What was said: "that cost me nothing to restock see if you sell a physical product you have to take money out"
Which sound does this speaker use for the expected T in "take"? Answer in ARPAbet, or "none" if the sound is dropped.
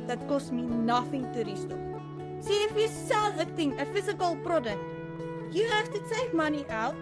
S